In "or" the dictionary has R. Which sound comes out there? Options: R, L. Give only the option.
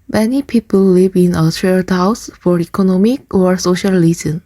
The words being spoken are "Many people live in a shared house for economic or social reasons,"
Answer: R